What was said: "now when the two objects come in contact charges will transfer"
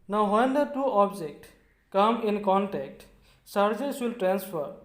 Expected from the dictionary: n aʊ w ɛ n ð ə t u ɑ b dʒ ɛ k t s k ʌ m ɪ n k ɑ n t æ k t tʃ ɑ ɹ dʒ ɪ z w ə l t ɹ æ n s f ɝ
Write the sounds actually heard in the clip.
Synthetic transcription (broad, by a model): n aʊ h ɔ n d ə t u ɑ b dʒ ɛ k t k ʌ m ɪ n k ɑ n t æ k t s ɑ ɹ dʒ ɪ s w ə l t ɹ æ n s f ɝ